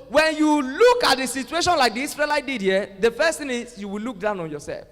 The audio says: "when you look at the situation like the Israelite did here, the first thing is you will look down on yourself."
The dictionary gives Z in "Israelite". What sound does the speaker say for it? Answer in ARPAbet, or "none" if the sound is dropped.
S